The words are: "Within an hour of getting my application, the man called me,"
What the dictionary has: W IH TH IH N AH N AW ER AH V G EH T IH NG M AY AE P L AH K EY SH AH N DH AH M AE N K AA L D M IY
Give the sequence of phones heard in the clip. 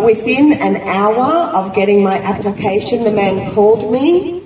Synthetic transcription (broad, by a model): W IH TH IH N AH N AW ER AH V G EH T IH NG M AY AE P L AH K EY SH AH N DH AH M AE N K AA L D M IY